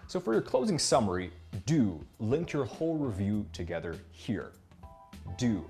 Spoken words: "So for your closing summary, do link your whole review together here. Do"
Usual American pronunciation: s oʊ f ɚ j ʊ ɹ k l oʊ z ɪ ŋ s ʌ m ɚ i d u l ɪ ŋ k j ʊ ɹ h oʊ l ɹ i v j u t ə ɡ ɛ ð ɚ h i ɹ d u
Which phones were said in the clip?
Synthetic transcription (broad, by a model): s oʊ f ɚ j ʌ ɹ k l oʊ z ɪ ŋ s ʌ m ɚ i d u l ɪ ŋ k j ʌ ɹ h oʊ l ɹ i v j u t ə ɡ ɛ ð ɚ h i ɹ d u